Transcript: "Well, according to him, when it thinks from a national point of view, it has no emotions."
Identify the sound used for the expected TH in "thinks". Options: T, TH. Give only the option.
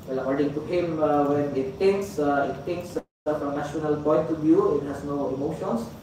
T